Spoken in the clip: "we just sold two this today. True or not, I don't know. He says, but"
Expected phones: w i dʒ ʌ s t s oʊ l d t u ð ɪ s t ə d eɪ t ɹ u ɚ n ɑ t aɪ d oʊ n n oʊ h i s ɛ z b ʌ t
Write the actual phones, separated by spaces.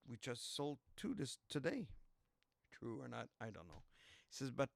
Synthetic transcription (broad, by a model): w i dʒ ʌ s t s oʊ l d t u ð ɪ s t ə d eɪ t ɹ u ɚ n ɑ t aɪ d oʊ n n oʊ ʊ s ɛ z b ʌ t